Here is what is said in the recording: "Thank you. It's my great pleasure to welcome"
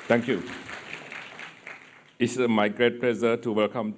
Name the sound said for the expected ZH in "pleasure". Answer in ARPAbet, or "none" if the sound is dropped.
Z